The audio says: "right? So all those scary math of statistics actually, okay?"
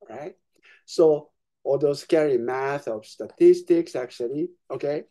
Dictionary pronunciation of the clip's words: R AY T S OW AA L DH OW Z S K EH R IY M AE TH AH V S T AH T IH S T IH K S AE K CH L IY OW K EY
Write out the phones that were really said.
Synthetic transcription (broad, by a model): R AY T S OW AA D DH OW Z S K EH R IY M AE TH AH V S T AH T IH S T IH K S AE K CH L IY OW K EY